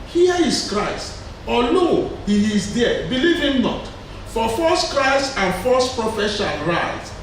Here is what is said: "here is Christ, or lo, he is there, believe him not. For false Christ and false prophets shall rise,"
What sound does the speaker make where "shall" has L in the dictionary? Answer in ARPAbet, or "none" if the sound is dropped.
N